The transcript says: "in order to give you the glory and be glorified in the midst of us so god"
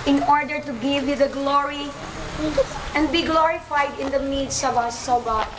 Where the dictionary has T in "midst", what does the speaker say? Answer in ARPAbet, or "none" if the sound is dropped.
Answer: none